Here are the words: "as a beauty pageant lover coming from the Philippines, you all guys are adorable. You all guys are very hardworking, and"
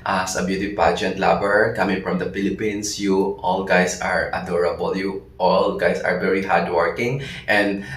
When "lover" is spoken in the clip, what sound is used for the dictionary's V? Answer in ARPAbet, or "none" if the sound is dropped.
B